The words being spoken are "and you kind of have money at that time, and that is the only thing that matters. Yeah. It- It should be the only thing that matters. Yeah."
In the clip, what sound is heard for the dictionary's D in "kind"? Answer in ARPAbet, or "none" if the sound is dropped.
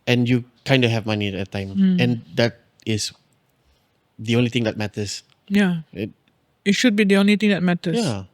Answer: D